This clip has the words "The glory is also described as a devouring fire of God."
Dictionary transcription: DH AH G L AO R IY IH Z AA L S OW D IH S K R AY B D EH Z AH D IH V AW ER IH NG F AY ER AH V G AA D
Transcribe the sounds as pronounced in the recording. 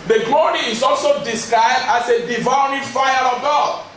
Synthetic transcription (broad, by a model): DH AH G L AO R IY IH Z AA L S OW D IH S K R AY D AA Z AH D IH V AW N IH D F AY ER AH V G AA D